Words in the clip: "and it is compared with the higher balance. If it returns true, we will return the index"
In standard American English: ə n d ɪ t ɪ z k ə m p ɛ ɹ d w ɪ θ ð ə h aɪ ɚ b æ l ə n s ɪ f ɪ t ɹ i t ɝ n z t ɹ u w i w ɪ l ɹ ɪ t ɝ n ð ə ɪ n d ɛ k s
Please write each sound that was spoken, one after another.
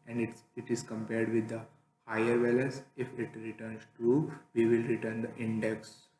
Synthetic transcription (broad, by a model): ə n d ɪ t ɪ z k ə m p ɛ ɹ d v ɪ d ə h aɪ ɚ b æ l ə n s ɪ f ɪ t ɹ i t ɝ n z t u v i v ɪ l ɹ ɪ t ɝ n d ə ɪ n d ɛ k s